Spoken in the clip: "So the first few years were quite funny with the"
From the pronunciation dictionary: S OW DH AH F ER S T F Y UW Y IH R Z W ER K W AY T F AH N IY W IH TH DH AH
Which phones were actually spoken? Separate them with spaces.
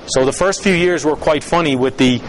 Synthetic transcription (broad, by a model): S OW DH AH F ER S T F Y UW Y IH R Z W ER K W AY T F AH N IY W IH DH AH